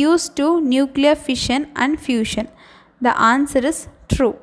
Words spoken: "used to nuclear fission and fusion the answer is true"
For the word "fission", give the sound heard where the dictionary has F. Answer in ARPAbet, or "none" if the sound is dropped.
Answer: F